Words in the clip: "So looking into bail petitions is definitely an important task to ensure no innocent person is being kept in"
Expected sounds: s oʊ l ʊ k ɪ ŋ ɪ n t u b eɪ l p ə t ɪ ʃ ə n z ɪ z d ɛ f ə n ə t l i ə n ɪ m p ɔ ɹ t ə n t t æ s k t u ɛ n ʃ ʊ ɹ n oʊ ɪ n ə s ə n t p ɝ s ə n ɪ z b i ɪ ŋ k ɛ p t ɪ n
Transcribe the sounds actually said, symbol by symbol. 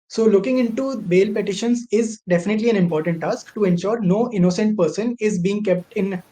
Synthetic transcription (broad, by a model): s oʊ l ʊ k ɪ ŋ ɪ n t u b eɪ l p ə t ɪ ʃ ə n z ɪ z d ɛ f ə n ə t l i ə n ɪ m p ɔ ɹ t ə n t t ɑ s k t u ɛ n ʃ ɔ ɹ n oʊ ɪ n ə s ə n t p ɝ s ə n ɪ z b i ɪ ŋ k ɛ p t ɪ n